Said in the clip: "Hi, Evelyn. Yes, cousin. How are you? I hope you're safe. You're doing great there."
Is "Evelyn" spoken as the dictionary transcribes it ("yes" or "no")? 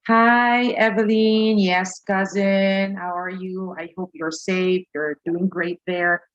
yes